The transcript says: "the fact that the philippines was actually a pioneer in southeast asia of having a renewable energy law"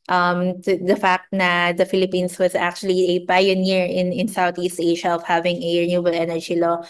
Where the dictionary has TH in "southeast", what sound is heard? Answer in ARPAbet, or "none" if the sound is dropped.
T